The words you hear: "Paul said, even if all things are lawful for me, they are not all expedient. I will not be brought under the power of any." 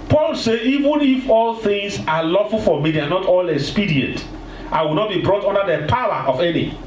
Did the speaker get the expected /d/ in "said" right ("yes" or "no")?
no